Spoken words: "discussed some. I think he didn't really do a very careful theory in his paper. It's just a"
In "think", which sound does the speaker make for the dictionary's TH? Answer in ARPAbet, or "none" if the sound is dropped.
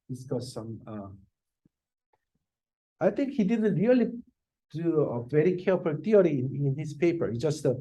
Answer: T